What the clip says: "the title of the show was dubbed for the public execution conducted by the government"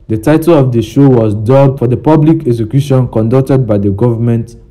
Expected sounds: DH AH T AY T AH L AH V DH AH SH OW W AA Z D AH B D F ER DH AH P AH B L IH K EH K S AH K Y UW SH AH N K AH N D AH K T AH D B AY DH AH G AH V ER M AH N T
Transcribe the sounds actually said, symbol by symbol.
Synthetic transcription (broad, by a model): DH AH T AY T AH L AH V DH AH SH OW W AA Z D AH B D F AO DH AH P AH B L IH K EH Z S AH K Y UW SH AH N K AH N D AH K T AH D B AY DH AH G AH V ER M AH N T